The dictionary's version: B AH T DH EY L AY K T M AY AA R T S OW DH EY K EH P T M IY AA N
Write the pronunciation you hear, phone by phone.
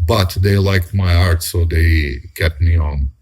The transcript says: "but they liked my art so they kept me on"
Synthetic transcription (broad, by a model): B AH T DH EY L AY K T M AY AA R T S OW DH EY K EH T M IY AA N